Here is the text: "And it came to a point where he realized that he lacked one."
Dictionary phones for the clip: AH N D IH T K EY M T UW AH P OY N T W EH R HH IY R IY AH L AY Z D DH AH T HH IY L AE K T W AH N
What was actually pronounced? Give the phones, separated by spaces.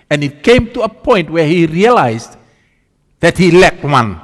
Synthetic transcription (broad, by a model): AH N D IH T K EY M T UW AH P OY N T W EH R HH IY R IY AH L AY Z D DH AH T HH IY L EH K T W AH N